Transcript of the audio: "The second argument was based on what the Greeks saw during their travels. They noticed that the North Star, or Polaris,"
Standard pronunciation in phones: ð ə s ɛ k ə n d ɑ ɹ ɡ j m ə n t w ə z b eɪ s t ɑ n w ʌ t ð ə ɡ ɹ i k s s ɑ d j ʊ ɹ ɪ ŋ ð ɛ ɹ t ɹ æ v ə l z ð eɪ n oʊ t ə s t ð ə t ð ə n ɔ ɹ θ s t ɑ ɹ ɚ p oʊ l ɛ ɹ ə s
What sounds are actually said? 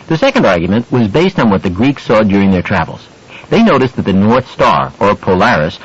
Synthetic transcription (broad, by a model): ð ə s ɛ k ə n d ɑ ɹ ɡ j m ə n t w ə z b eɪ s t n w ʌ t ð ə ɡ ɹ i k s s ɑ d j ʊ ɹ ɪ ŋ ð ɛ ɹ t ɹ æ v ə l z ð eɪ n oʊ t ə s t ð ə t ð ə n ɔ ɹ θ s t ɑ ɹ ɚ p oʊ l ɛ ɹ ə s